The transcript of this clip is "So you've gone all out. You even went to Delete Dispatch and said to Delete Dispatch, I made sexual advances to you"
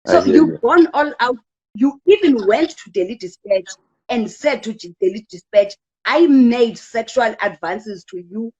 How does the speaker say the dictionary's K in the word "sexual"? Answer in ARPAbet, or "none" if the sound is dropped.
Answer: K